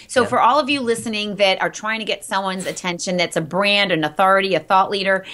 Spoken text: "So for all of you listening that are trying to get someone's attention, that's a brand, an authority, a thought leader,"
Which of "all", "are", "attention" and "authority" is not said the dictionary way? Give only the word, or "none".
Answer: none